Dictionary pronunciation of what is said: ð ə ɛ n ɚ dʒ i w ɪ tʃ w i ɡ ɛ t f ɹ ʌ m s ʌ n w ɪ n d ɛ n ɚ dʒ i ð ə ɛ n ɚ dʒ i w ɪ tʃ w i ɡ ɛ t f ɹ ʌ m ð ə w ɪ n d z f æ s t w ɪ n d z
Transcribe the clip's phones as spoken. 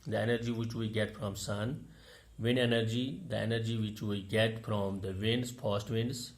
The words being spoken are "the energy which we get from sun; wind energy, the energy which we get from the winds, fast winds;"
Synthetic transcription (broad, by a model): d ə ɛ n ɚ dʒ i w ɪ tʃ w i ɡ ɛ t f ɹ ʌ m s ʌ n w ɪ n ɛ n ɚ dʒ i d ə ɛ n ɚ dʒ i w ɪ tʃ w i ɡ ɛ t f ɹ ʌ m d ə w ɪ n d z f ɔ s t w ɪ n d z